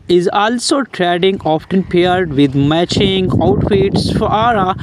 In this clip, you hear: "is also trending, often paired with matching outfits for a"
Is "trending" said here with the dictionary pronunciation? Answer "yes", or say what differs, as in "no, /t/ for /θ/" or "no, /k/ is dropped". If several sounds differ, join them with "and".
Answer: no, /n/ is dropped